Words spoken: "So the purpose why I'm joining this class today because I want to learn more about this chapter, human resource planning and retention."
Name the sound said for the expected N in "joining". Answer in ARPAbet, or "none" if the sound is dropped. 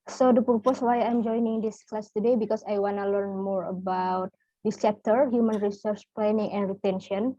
N